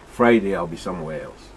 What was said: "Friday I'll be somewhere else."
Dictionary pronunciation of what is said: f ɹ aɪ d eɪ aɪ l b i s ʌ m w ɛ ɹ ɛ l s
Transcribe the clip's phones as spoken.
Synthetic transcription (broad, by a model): f ɹ aɪ d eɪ aɪ l b i s ʌ m w ɛ ɹ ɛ l s